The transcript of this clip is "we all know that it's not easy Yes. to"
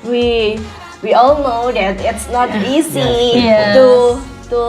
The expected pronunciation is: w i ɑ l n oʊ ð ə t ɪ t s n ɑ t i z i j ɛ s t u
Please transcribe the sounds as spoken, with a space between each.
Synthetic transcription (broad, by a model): w i ɑ l n oʊ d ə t ɪ t s n ɑ t i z i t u t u